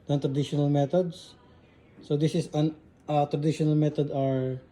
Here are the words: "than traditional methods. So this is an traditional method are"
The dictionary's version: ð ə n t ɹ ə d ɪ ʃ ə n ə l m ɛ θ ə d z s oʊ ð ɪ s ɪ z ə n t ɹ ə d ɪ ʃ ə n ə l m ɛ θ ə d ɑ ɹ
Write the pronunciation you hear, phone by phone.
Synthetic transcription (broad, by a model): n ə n t ɹ ə d ɪ ʃ ə n ə l m ɛ t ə d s s oʊ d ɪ s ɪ s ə n t ɹ ə d ɪ ʃ ə n ə l m ɛ t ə d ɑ ɹ